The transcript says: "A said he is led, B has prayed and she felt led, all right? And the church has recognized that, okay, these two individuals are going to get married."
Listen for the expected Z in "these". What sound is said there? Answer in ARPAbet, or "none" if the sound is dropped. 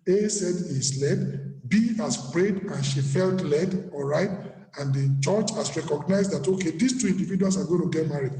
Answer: S